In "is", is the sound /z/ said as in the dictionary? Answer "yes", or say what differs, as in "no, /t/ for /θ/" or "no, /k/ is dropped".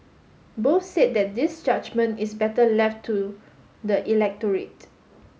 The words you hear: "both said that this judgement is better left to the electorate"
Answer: no, /s/ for /z/